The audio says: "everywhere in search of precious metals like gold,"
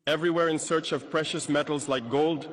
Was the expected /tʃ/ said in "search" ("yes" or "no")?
yes